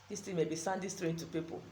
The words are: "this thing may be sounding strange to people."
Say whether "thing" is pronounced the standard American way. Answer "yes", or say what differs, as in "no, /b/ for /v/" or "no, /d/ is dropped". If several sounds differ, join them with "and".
no, /t/ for /θ/